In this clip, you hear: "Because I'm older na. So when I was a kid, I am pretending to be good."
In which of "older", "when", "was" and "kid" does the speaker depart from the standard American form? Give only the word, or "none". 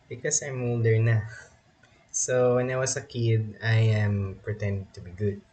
was